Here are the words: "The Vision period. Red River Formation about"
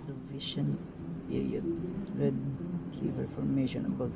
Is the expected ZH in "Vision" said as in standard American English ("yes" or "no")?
no